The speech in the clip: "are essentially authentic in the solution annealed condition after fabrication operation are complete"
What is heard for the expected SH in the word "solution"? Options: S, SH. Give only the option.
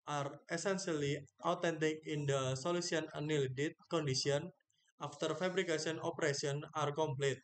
S